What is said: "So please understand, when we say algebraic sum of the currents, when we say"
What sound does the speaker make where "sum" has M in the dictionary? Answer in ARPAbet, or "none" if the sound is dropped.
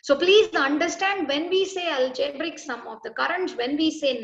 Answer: M